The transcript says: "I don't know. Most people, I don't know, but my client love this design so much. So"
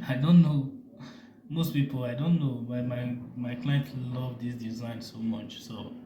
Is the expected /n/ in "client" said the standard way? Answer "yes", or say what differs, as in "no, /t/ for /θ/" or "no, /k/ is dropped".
yes